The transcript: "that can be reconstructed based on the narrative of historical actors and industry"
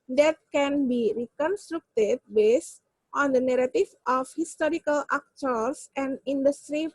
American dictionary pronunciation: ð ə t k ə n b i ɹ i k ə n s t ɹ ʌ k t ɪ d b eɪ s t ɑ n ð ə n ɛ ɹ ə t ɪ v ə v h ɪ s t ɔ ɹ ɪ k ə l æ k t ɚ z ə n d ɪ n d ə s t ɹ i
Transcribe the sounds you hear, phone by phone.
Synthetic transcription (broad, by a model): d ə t k ə n b i ɹ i k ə n s t ɹ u k t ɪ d b eɪ s t ɑ n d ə n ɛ ɹ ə t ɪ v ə f h ɪ s t ɔ ɹ ɪ k ə l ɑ k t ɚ s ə n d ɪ n d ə s t ɹ i